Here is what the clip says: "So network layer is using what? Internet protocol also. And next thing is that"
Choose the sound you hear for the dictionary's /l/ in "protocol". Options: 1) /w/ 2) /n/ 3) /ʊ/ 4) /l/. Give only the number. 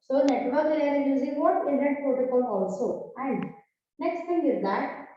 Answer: 2